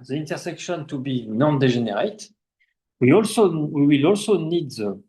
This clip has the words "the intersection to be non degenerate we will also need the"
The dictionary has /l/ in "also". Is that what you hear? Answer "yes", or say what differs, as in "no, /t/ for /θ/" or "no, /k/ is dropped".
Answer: yes